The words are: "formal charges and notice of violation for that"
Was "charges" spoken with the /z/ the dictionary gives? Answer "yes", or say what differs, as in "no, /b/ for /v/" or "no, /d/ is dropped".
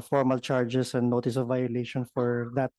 no, /s/ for /z/